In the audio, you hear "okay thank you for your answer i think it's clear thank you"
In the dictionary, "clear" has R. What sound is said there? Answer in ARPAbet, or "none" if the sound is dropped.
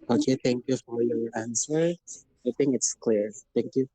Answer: R